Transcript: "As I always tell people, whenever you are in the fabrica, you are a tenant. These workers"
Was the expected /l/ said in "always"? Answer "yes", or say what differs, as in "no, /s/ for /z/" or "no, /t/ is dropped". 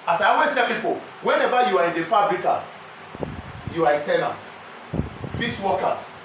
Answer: no, /l/ is dropped